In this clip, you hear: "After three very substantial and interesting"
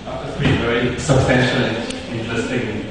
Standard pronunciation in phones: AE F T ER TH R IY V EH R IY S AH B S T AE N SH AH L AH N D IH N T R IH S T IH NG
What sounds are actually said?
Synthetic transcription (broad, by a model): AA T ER S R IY V EH R IY S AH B S T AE N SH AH L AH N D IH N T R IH S T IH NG